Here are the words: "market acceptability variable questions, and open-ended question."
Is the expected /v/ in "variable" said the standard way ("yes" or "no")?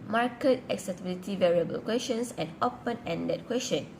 yes